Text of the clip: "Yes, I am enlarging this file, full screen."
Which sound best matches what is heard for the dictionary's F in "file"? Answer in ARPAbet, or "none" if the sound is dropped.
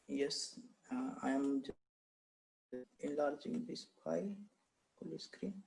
P